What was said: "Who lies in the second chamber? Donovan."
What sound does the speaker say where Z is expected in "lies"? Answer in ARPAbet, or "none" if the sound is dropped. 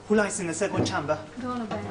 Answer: S